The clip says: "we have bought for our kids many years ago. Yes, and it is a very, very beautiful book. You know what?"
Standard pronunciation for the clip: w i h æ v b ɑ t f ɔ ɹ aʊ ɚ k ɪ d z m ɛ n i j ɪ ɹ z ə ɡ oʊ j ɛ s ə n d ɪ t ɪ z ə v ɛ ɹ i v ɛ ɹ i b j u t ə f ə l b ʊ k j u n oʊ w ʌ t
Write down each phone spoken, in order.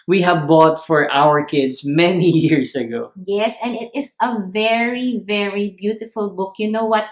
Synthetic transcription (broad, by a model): w i h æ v b ɑ t f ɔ ɹ aʊ ɚ k ɪ d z m ɛ n i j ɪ ɹ s ə ɡ oʊ j ɛ s ə n d ɪ t ɪ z ə v ɛ ɹ i v ɛ ɹ i b j u t ə f ə l b ʊ k j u n oʊ w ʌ t